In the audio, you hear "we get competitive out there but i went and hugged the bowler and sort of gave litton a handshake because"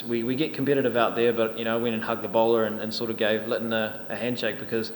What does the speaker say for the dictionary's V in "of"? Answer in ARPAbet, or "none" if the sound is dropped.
V